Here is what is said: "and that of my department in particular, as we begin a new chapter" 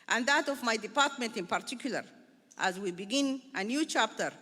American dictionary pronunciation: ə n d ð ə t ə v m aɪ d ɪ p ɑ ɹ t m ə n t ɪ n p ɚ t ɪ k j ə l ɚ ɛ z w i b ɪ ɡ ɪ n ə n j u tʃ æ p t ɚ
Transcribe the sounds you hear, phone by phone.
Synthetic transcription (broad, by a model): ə n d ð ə t ə v m aɪ d ɪ p ɑ ɹ t m ə n t ɪ n p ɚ t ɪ k j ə l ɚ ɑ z w i b ɪ ɡ ɪ n ə n j u tʃ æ p t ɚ